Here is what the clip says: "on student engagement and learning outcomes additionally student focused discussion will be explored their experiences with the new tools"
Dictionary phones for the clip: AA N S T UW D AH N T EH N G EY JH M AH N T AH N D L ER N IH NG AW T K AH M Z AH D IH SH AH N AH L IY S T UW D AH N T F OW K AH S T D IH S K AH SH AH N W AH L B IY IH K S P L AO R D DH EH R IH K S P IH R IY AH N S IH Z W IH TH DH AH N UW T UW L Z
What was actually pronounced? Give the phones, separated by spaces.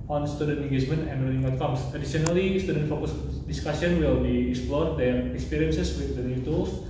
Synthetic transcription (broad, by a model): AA N S T UW D AH N T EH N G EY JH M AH N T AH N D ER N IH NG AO T K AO M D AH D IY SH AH N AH L IY S T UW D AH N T F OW K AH S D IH S K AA S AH N W AH L B IY IH K S P L AO R D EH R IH K S P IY R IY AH N S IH S W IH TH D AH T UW T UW L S